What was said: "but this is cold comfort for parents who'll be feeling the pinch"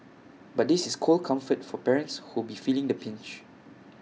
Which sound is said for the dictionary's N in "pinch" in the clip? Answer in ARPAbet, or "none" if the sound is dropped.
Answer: N